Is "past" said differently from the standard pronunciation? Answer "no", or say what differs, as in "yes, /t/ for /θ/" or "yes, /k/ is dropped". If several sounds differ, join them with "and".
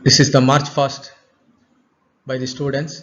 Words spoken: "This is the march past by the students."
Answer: yes, /f/ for /p/